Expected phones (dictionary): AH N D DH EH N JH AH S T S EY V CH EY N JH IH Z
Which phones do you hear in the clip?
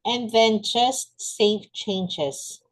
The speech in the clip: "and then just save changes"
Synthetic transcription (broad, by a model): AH N DH EH N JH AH S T S EY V CH EY N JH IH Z